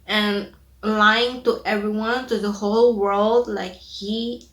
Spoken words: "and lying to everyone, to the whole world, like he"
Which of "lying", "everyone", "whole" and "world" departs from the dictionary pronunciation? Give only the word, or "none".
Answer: none